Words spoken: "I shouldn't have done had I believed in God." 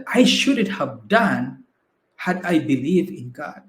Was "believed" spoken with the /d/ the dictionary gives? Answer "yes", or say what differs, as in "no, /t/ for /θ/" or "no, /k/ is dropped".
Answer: no, /d/ is dropped